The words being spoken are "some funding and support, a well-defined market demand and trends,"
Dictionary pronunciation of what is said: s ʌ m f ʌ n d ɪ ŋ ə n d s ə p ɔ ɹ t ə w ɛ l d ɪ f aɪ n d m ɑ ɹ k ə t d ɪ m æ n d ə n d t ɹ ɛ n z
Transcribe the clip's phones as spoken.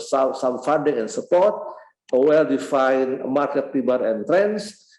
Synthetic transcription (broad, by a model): s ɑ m f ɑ n d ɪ ŋ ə n s ə p ɔ ɹ t ə w ɛ l d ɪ f aɪ n m ɑ ɹ k ə t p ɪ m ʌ d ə n t ɹ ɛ n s